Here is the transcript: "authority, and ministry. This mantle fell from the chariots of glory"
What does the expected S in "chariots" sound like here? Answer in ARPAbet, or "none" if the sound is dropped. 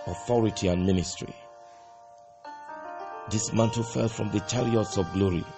S